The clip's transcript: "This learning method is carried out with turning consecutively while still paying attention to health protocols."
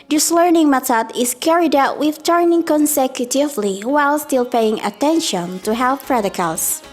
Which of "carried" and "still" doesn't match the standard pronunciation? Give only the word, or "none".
none